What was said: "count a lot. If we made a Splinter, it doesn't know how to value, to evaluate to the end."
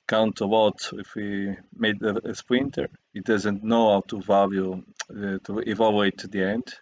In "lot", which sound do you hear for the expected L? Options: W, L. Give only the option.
W